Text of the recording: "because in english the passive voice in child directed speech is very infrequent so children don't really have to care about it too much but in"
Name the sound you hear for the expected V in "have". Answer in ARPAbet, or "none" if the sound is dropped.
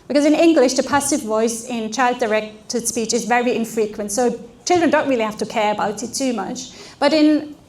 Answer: F